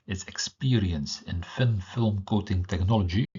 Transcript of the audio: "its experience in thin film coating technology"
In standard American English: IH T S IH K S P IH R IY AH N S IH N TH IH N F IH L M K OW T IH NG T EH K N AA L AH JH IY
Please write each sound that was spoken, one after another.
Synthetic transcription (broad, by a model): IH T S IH K S P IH R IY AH N S IH N F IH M F IH L M K OW T IH NG T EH K N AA L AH JH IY